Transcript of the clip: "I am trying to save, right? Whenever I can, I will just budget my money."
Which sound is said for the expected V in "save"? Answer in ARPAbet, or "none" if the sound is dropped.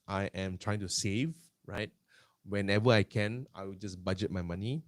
V